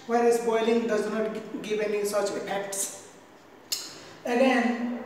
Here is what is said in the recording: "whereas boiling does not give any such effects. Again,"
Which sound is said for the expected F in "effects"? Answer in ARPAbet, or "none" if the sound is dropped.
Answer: P